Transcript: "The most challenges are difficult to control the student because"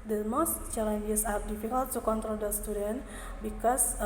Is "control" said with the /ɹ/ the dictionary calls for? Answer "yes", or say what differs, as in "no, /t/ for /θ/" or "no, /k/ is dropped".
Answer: yes